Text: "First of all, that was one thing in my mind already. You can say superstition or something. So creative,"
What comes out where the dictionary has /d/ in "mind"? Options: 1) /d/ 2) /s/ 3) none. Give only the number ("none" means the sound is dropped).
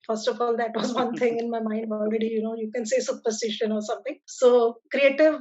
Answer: 1